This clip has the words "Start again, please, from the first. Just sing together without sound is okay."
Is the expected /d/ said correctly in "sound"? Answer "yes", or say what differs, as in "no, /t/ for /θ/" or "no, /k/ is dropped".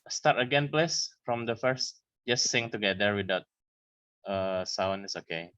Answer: no, /d/ is dropped